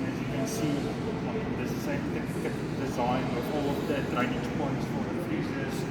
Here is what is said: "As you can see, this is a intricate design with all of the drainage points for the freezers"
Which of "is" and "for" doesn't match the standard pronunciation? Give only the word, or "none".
is